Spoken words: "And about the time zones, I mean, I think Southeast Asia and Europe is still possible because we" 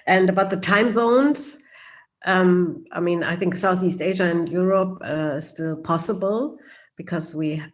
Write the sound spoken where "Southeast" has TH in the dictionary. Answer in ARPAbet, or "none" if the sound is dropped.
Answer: TH